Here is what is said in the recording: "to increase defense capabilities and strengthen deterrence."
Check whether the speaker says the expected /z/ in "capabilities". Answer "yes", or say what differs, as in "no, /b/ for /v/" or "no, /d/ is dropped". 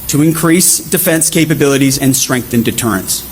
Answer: yes